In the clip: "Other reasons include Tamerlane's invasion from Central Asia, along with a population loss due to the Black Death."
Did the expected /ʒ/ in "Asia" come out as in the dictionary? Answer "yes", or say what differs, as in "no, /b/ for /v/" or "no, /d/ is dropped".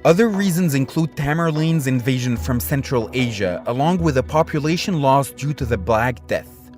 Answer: yes